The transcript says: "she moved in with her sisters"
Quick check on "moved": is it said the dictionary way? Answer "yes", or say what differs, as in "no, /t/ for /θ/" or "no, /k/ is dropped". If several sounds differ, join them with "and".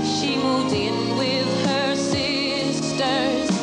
no, /v/ is dropped